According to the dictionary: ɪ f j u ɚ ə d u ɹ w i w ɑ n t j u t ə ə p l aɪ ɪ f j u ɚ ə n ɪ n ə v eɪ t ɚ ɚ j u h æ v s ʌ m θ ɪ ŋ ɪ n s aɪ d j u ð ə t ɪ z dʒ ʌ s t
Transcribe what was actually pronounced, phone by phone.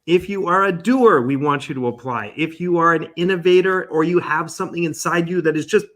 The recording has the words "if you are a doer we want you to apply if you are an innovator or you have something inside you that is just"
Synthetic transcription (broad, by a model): ɪ f j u ɚ ə d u ɹ w i w ɑ n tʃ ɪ t ə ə p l aɪ ɪ f j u ɚ ə n ɪ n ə v eɪ t ɚ ɚ j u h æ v s ʌ m θ ɪ ŋ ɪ n s aɪ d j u ð ə t ɪ z dʒ ʌ s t